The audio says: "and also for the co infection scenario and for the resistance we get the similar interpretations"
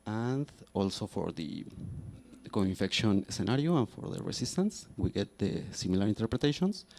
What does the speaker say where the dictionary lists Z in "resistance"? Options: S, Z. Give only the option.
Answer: S